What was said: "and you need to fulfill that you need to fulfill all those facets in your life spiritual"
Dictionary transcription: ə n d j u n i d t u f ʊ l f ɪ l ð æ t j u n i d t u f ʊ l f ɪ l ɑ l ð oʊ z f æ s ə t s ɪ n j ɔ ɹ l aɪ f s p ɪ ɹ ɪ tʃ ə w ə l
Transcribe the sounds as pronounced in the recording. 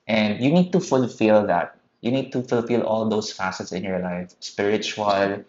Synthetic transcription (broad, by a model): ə n d j u n i d t u f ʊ l f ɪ l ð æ t j u n i d t u f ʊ l f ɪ l ɑ l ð oʊ s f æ s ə t s ɪ n j ɔ ɹ l aɪ f s p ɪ ɹ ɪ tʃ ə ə l